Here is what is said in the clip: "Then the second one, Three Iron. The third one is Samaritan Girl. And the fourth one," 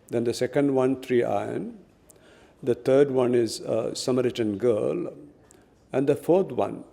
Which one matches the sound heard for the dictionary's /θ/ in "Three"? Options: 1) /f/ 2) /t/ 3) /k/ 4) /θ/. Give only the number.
2